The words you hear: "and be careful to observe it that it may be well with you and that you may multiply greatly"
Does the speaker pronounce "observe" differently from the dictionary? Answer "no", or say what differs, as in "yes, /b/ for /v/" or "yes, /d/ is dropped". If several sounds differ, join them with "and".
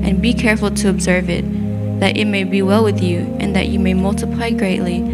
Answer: no